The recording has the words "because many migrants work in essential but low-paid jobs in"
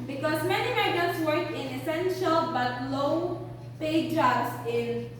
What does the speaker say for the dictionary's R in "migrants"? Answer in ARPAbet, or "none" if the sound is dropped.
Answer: none